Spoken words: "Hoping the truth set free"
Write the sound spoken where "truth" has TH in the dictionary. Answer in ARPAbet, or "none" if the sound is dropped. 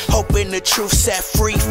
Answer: F